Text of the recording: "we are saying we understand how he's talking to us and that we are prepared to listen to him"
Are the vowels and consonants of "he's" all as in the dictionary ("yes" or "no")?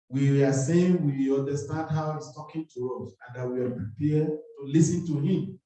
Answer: no